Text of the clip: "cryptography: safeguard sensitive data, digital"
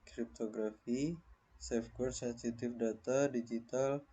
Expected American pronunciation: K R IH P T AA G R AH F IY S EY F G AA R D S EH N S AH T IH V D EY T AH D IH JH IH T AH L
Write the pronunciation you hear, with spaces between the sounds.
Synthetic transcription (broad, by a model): K R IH P T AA G R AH F IY S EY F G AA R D S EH N S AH T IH F D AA T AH D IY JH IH T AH L